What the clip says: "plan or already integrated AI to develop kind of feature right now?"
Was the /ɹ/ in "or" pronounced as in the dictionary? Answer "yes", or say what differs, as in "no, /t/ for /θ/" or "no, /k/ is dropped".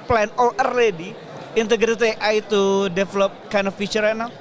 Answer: no, /l/ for /ɹ/